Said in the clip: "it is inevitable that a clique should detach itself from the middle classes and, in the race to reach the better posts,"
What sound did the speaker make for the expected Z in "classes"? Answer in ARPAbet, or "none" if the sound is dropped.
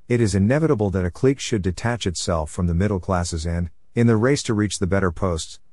Z